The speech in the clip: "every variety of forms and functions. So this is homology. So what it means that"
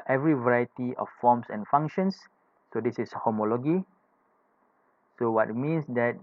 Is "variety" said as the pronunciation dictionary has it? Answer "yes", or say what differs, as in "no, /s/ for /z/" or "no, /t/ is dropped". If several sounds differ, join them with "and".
yes